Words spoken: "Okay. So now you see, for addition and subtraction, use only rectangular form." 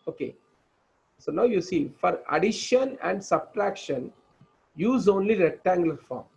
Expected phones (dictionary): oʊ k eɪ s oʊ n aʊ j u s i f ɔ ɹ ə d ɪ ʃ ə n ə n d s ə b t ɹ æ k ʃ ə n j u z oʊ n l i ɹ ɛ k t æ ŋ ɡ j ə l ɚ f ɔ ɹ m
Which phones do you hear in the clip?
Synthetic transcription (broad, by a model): oʊ k eɪ s oʊ n aʊ j u s i f ɔ ɹ ə d ɪ ʃ ə n ə n d s ə b t ɹ æ k ʃ ə n j u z oʊ n l i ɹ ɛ t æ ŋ ɡ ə l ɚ f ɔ ɹ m